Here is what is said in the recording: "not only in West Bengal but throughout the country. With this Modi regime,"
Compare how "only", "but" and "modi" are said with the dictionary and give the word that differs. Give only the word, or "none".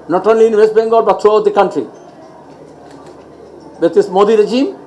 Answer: none